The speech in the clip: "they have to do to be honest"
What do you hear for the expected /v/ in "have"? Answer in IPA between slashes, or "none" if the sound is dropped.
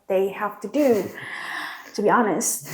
/f/